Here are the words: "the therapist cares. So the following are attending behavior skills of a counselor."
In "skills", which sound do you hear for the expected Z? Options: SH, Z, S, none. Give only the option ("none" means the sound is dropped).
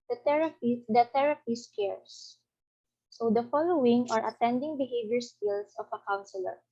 S